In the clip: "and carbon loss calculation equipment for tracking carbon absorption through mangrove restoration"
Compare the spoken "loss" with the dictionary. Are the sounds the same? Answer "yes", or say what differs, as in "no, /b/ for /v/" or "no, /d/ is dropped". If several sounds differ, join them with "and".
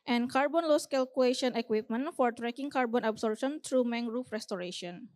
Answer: yes